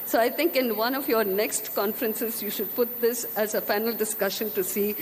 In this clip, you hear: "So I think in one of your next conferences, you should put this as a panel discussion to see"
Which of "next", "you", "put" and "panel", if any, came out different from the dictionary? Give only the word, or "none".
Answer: panel